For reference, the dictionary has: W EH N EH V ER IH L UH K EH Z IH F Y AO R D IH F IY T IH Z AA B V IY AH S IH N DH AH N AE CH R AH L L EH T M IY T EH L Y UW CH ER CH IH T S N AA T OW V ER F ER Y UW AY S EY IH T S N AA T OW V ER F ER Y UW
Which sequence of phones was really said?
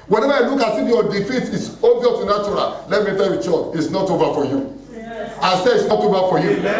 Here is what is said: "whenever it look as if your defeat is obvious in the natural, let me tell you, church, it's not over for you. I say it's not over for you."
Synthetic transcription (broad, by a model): W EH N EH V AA IH L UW K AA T IH F Y AO D IH F IY T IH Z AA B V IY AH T IH N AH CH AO R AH L L EH T M IY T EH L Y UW CH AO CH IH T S N AA T OW V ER F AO Y UW AY S EY IH T S N AA T OW V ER F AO Y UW